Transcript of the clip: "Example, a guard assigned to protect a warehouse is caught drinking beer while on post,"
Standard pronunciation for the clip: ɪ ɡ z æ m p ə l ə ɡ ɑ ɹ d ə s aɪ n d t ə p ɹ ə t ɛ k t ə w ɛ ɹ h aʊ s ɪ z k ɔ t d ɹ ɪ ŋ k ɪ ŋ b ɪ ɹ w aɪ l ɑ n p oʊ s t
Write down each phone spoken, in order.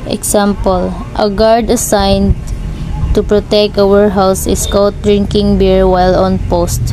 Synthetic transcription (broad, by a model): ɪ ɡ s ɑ m p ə l ə ɡ ɑ ɹ d ə s aɪ n d t ə p ɹ ə t ɛ k t ə w ɛ ɹ h aʊ s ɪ s k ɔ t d ɹ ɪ ŋ k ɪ ŋ b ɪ ɹ w aɪ l ɑ n p oʊ s t